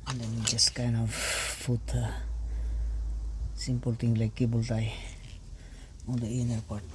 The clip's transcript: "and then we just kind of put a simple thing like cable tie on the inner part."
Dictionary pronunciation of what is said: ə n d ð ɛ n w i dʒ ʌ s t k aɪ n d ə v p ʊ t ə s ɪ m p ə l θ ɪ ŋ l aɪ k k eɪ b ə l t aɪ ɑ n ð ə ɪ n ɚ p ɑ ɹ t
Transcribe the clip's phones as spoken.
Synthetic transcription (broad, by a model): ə n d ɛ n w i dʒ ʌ s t k aɪ n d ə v f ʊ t ə s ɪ m p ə l t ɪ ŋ l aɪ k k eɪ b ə l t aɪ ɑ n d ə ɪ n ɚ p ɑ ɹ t